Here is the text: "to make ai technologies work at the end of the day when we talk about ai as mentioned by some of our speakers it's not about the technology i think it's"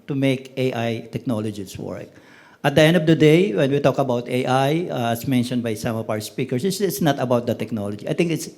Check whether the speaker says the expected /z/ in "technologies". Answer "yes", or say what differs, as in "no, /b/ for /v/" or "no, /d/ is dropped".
no, /s/ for /z/